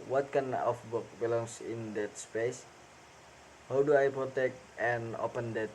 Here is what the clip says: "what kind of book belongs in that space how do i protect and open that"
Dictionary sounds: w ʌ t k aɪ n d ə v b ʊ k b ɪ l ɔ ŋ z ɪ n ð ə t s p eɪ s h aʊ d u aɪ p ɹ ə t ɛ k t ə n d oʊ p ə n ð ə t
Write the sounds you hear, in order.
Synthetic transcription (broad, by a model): w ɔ t k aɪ n ə f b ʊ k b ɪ l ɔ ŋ s ɪ n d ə t s p eɪ s h aʊ d u aɪ p ɹ ə t ɛ k t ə n oʊ p ə n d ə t